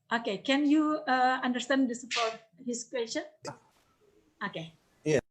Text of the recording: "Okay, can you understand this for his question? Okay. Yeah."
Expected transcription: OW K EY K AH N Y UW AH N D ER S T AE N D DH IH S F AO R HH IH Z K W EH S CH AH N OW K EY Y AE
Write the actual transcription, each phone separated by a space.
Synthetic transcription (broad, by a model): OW K EY K AH N Y UW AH N D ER S T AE N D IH S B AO W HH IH S K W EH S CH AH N OW K EY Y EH